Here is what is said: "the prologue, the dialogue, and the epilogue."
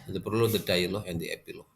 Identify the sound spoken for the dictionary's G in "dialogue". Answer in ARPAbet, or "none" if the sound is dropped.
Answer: none